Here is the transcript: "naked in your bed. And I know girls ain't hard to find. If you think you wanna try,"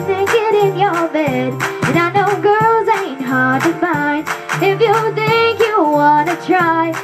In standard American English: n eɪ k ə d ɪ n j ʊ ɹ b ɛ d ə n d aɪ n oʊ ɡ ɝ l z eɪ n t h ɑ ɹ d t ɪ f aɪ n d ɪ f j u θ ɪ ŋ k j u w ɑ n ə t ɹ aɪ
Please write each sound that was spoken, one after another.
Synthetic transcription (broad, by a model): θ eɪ k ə d ɪ n j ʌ ɹ b ɛ d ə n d aɪ n oʊ ɡ ɝ l z eɪ n t h ɑ ɹ d t ɪ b aɪ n ɪ f j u θ ɪ ŋ k j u w ɑ n ə t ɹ aɪ